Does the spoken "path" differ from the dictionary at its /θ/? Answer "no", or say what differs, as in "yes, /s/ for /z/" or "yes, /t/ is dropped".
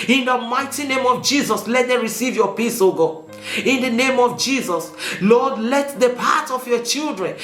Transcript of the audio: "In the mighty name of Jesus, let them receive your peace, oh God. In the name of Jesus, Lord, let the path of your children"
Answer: yes, /t/ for /θ/